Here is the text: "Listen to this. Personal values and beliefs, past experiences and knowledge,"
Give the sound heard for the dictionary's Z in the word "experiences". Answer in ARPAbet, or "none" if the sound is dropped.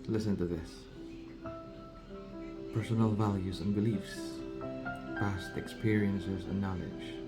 Z